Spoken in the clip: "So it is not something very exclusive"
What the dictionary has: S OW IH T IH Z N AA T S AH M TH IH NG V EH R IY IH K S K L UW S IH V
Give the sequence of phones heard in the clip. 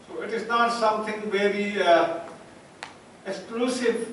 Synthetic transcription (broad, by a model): S OW IH T IH Z N AA T S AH M T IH NG V EH R IY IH K S K L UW S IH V